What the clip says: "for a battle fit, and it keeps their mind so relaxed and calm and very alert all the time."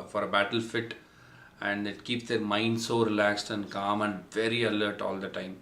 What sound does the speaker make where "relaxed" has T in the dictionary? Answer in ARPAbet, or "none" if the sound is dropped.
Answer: T